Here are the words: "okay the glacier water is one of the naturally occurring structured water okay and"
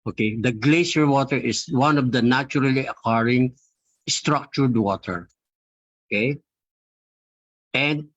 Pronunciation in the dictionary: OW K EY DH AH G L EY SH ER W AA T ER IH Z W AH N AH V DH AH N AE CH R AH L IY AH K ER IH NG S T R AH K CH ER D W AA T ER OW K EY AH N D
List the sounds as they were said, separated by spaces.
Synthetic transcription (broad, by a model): OW K EY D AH G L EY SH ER W AA T ER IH S W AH N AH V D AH N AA CH R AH L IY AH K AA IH NG S T R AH K CH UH D W AA T ER OW K EY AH N D